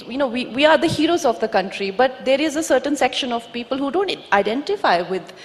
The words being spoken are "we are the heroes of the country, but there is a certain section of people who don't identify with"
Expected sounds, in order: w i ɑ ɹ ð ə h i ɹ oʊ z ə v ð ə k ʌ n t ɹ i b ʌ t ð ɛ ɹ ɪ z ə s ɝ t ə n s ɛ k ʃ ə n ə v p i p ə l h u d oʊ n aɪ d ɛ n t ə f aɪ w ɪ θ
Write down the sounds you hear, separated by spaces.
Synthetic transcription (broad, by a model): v i ɑ ɹ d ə h i ɹ oʊ z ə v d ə k ʌ n t ɹ i b ʌ t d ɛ ɹ ɪ z ə s ɝ t ə n s ɛ k ʃ ə n ə v p i p ə l h u d oʊ n aɪ d ɛ n t ə f aɪ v ɪ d